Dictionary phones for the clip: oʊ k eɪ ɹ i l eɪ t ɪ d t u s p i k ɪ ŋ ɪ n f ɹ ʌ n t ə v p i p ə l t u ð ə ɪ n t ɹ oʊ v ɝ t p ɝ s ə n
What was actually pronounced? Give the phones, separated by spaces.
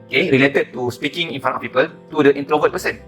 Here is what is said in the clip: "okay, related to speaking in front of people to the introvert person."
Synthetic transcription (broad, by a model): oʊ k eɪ ɹ i l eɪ t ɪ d t u s p i k ɪ ŋ ɪ n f ɑ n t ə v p i p ə l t u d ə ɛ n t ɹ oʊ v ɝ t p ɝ s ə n